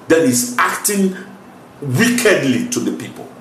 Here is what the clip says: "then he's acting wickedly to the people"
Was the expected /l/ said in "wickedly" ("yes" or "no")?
yes